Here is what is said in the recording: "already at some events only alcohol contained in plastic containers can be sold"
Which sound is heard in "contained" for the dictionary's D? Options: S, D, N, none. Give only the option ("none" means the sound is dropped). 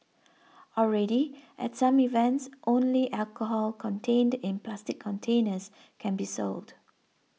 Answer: D